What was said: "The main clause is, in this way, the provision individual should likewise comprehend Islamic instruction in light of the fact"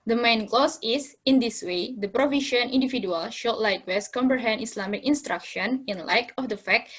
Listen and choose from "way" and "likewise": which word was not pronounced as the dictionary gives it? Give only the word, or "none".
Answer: likewise